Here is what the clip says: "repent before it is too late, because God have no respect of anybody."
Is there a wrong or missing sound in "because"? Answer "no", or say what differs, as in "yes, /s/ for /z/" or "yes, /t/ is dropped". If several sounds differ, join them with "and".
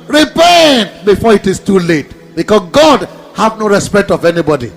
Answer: yes, /s/ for /z/